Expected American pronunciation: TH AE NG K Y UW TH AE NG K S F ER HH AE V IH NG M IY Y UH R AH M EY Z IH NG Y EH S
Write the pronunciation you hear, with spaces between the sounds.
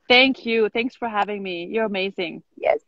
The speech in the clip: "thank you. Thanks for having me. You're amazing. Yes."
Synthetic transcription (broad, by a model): TH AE NG K Y UW TH AE NG K S F ER HH AE V IH NG M IY Y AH R AH M EY Z IH NG Y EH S